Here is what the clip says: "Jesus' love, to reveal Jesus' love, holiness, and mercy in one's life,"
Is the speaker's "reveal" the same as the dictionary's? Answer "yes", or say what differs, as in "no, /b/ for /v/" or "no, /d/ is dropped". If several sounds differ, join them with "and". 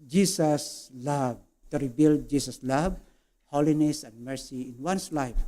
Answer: no, /b/ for /v/